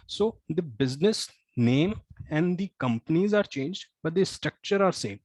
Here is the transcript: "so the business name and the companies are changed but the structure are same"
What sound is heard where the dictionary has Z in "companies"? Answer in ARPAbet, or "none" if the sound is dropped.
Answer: Z